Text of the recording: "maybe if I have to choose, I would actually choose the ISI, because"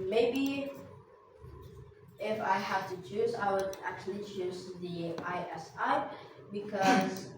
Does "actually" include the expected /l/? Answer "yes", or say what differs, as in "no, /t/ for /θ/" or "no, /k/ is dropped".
yes